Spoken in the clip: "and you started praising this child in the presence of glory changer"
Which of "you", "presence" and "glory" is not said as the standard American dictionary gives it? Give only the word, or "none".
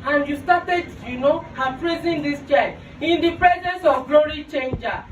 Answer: none